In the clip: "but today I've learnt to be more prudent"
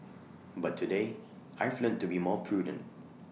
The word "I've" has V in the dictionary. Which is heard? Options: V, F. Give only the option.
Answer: F